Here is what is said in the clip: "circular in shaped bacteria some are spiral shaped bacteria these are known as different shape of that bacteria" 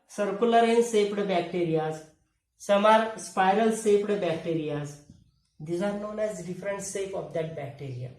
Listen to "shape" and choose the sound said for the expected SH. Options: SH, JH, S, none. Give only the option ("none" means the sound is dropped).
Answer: S